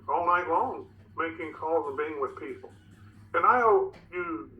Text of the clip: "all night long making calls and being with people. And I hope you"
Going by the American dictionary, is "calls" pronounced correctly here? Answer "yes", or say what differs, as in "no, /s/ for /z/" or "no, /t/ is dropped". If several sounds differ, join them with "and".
yes